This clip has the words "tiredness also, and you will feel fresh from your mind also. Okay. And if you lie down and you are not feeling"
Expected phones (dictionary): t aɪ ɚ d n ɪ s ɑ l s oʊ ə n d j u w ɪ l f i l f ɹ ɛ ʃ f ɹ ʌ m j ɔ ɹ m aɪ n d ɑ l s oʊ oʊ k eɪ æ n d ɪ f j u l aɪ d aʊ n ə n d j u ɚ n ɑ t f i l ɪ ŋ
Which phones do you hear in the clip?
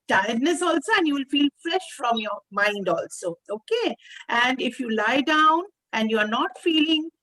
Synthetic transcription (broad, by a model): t aɪ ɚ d n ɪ s ɑ l s oʊ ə n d j u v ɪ l f i l f ɹ ɛ ʃ f ɹ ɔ m j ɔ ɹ m aɪ n d ɑ l s oʊ oʊ k eɪ æ n d ɪ f j u l aɪ d aʊ n ə n d j u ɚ n ɑ t f i l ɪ ŋ